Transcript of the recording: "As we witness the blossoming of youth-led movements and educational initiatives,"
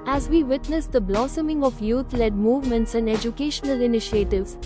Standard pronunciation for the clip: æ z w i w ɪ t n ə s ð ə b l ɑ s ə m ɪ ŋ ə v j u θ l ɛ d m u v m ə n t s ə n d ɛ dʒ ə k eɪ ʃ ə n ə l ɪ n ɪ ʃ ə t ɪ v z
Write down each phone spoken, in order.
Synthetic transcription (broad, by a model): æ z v i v ɪ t n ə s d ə b l ɑ s ə m ɪ ŋ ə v j u t l ɛ d m u v m ə n t s ə n d ɛ dʒ ə k eɪ ʃ ə n ə l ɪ n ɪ ʃ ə t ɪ v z